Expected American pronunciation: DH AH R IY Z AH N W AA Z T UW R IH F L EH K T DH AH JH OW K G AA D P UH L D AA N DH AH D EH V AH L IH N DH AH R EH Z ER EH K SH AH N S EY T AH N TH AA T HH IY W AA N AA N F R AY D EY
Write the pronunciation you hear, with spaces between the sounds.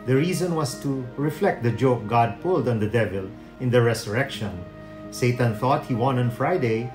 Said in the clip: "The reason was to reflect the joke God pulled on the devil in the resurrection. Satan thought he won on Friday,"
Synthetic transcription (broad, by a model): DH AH R IY Z AH N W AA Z T UW R IH F L EH K T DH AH JH OW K G AA D P UH L D AA N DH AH D EH V AH L IH N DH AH R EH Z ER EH K SH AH N S EY T AH N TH AA T HH IY W AA N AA N F R AY D EY